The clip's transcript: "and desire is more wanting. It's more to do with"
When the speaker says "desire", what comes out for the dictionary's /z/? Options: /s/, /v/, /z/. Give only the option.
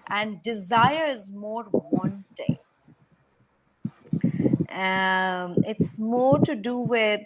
/z/